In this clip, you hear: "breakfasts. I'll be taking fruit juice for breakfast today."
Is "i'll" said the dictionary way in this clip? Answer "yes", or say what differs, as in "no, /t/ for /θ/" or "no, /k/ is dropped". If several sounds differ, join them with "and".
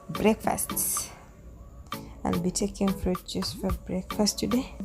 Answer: no, /n/ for /l/